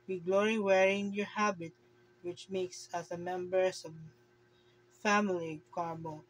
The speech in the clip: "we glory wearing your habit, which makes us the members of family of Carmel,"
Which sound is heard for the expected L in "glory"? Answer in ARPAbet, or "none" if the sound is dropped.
L